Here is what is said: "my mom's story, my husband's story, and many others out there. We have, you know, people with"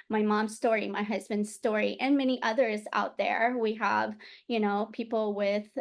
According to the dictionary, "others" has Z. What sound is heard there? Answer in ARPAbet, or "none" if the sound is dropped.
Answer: Z